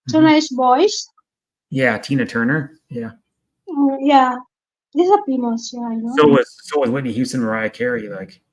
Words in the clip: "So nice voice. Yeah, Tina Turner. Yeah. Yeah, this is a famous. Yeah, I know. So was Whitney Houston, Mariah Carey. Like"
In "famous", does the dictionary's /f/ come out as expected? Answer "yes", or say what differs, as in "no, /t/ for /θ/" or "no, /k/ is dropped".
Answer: no, /p/ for /f/